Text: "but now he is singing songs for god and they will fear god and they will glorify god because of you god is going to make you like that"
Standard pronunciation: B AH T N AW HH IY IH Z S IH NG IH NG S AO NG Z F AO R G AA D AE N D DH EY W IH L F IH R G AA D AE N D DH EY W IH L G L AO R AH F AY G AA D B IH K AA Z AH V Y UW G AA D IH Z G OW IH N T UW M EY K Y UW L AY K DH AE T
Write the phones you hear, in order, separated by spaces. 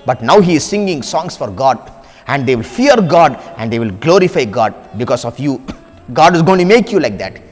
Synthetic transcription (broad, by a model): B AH T N AW HH IY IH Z S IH NG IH NG S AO NG S F AO R G AA D AE N D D EY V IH L F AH R G AA D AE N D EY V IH L G L AO R AH F AY G AA D B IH K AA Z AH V Y UW G AA D IH Z G OW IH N T UW M EY K Y UW L AY K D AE T